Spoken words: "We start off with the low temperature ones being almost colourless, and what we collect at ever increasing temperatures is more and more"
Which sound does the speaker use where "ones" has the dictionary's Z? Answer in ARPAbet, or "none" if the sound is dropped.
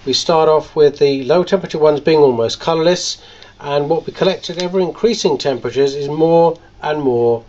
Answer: Z